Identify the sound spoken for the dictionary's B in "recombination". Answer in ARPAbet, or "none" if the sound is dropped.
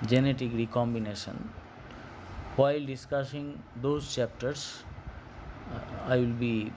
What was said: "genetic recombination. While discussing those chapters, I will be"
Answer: B